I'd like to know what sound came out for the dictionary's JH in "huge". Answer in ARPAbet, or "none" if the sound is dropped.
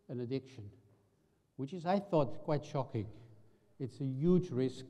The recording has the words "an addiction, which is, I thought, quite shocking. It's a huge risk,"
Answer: JH